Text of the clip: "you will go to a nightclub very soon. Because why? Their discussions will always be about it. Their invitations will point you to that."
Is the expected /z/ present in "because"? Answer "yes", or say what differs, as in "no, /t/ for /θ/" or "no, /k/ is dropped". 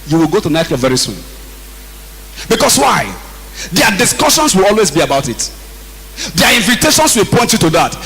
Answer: no, /s/ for /z/